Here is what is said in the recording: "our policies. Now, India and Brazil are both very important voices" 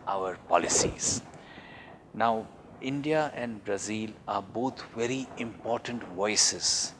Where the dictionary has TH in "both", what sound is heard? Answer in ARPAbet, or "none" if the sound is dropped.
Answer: T